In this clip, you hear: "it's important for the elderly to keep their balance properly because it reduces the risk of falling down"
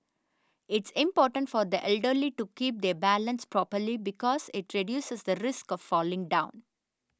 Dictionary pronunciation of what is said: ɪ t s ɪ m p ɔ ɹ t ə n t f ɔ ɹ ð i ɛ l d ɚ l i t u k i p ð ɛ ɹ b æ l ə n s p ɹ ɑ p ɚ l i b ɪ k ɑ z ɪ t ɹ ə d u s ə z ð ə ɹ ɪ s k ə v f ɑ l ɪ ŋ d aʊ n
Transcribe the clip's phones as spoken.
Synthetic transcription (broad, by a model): ɪ t s ɪ m p ɔ ɹ t ə n t f ɔ ɹ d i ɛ l d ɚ l i t u k i p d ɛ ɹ b æ l ə n s p ɹ ɑ p ɚ l i b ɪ k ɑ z ɪ t ɹ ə d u s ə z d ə ɹ ɪ s k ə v f ɑ l ɪ ŋ d aʊ n